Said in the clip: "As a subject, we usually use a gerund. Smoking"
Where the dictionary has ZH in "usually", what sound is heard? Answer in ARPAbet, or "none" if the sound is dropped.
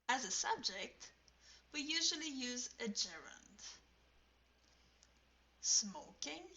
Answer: ZH